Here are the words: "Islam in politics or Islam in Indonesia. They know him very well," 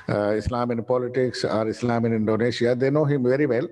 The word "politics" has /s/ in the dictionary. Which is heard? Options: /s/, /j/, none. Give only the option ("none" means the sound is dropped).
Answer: /s/